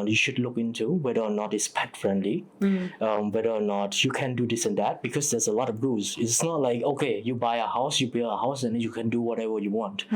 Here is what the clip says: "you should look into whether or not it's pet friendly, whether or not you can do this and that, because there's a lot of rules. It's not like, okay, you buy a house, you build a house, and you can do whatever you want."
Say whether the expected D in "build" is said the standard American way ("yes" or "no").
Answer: no